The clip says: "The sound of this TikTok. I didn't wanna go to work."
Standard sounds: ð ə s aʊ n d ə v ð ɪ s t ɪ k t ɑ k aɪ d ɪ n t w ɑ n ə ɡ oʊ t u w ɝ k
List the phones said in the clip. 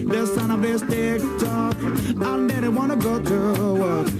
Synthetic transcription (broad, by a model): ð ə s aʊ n ə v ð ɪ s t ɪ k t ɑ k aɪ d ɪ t w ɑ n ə ɡ oʊ t u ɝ